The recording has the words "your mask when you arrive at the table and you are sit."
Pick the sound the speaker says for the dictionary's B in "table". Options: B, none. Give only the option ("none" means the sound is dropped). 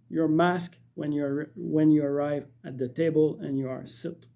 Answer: B